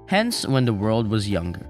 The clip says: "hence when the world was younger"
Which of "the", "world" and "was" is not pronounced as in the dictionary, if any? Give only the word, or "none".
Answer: none